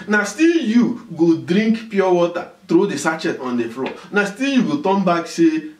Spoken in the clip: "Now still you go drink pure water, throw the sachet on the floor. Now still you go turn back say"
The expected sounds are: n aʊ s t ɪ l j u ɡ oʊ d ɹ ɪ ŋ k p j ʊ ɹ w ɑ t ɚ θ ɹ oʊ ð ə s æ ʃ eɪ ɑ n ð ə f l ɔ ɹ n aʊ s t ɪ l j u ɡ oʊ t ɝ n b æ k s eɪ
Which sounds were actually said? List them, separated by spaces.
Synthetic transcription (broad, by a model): n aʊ s t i l j u ɡ oʊ d ɹ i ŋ k p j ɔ w ɑ t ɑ t ɹ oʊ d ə s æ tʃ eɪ ɑ n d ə f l ɔ n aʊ s t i l j u ɡ oʊ t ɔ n b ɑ k s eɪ